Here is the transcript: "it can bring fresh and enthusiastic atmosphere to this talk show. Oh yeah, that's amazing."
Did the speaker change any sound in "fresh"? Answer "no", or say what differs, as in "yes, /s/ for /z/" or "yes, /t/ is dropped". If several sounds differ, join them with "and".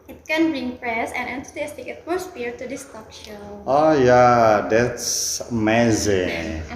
yes, /p/ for /f/ and /s/ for /ʃ/